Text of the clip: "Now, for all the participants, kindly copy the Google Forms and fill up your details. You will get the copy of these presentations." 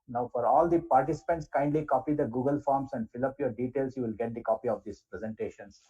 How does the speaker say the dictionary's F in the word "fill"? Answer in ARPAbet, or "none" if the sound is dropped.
F